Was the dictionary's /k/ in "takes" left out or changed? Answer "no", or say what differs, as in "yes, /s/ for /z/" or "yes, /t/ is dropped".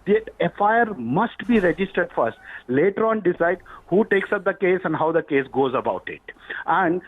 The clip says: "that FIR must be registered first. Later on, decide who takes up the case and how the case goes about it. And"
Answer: no